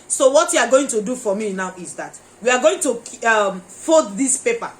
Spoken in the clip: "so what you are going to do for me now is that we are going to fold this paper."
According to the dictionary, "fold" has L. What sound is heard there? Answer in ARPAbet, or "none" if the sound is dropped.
none